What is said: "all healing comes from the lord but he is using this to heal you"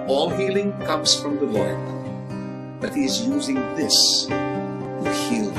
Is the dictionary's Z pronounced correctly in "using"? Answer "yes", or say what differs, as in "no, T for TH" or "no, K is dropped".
yes